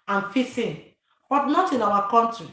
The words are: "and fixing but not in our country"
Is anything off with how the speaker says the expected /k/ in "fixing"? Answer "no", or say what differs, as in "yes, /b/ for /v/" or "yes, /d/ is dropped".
yes, /k/ is dropped